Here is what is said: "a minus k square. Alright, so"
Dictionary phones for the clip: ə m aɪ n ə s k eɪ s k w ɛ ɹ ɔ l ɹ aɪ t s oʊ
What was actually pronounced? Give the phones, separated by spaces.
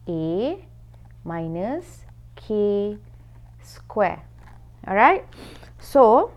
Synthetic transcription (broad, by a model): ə m aɪ n ə s k eɪ s k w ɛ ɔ ɹ aɪ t s oʊ